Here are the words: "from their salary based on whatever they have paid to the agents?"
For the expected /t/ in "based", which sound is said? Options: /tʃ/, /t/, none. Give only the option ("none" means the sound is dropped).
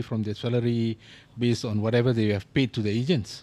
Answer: none